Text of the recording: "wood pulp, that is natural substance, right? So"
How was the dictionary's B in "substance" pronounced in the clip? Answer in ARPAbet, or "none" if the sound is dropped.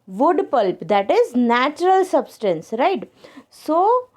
B